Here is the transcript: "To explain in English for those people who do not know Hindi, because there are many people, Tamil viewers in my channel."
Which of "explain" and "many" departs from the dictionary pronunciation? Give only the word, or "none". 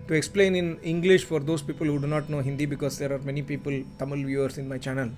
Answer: none